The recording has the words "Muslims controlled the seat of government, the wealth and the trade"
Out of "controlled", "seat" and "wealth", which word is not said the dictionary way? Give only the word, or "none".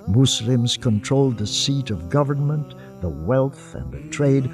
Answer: none